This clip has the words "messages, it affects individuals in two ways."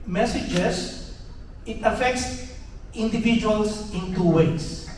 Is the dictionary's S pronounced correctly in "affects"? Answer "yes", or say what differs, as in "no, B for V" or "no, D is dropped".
yes